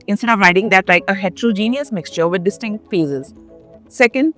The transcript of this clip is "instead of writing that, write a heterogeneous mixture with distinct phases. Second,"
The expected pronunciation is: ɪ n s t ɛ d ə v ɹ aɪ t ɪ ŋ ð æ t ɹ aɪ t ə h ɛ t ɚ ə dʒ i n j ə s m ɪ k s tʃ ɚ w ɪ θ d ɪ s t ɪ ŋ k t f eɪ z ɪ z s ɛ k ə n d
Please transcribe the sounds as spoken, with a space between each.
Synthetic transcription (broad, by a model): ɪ n s t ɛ d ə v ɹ aɪ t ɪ ŋ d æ t l aɪ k ə h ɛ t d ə dʒ i n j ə s m ɪ k s tʃ ɚ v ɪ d d ɪ s t ɪ ŋ k t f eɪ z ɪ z s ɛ k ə n d